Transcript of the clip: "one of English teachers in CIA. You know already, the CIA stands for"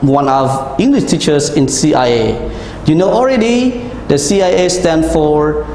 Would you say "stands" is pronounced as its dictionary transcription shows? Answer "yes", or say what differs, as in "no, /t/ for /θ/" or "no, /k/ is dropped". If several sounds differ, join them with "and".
no, /z/ is dropped